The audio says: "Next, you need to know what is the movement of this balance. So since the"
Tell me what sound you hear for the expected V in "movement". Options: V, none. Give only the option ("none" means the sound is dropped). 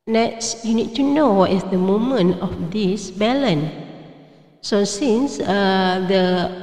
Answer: none